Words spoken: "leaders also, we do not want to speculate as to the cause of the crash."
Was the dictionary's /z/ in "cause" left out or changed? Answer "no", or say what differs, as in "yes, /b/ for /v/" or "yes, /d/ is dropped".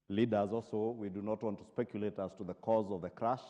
no